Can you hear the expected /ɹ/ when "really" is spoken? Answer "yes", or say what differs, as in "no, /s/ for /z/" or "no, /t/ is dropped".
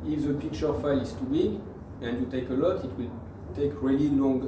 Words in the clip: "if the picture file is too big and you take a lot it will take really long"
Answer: yes